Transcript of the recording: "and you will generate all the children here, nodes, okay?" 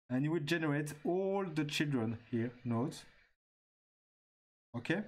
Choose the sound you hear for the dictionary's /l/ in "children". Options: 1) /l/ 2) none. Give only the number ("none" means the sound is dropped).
1